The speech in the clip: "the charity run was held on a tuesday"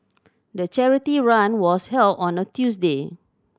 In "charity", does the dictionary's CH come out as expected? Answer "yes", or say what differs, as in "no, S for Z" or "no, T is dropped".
yes